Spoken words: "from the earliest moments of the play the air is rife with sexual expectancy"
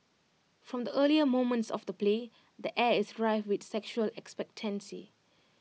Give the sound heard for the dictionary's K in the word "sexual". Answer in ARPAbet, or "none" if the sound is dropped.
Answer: K